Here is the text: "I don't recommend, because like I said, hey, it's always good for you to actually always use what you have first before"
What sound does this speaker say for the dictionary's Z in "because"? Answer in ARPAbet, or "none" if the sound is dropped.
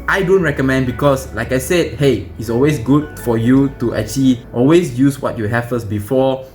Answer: S